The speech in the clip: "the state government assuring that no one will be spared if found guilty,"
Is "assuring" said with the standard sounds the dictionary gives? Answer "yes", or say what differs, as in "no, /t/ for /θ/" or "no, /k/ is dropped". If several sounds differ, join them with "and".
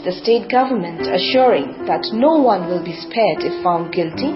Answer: yes